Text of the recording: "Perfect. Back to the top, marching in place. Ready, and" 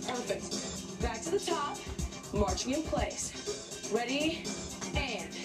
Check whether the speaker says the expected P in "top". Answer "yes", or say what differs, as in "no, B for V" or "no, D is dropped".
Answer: yes